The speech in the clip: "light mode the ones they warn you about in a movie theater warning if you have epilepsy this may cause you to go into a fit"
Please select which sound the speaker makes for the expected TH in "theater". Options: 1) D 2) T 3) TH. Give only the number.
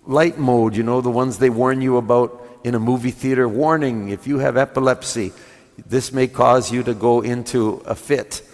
3